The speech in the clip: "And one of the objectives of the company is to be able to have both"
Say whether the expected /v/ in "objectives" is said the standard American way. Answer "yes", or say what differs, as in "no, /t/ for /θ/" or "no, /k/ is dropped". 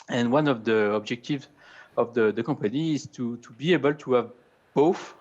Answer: yes